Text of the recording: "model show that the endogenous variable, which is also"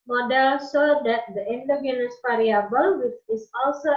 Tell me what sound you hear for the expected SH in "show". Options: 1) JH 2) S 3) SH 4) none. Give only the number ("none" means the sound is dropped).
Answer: 2